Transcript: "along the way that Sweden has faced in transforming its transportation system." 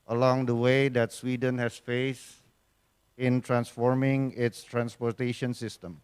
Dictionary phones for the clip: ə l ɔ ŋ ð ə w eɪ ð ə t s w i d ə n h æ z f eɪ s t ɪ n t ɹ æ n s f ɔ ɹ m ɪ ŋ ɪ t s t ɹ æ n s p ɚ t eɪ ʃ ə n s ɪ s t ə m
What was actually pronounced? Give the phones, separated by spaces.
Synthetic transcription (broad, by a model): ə l ɔ ŋ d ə w eɪ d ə t s w i d ə n h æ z f eɪ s ɪ n t ɹ æ n s f ɔ ɹ m ɪ ŋ ɪ t s t ɹ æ n s p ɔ t eɪ ʃ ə n s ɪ s t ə m